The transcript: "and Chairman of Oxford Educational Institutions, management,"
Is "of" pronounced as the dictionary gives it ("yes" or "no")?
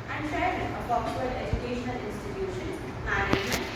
no